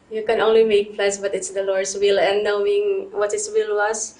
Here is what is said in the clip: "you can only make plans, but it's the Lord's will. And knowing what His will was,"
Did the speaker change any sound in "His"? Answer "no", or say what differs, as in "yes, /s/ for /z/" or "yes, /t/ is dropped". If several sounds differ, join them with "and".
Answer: yes, /s/ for /z/